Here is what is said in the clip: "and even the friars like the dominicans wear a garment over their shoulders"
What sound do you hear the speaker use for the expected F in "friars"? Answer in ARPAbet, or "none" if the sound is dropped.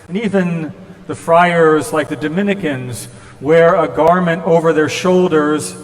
F